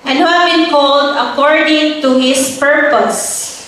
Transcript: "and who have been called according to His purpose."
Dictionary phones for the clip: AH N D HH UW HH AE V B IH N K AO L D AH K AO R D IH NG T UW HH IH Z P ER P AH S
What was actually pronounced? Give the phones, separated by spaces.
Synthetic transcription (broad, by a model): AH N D HH UW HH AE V B IH N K AO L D AH K AO R D IH NG T UW HH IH S P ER P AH S